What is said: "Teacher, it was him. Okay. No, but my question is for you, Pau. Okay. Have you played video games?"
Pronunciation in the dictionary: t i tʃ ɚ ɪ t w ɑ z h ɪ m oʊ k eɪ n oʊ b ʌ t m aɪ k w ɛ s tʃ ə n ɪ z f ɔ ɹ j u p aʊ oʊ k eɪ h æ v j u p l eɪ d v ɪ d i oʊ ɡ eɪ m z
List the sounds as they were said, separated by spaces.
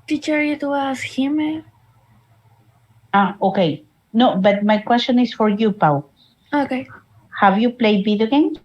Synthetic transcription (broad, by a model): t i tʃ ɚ ɪ t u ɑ s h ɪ m oʊ k eɪ n oʊ b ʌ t m aɪ k w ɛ s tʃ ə n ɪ s f ɔ ɹ j u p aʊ oʊ k eɪ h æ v j u p l eɪ d b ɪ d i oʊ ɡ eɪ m